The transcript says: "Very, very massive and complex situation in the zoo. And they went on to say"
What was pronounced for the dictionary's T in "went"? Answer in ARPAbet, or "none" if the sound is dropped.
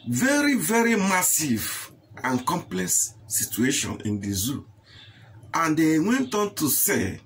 T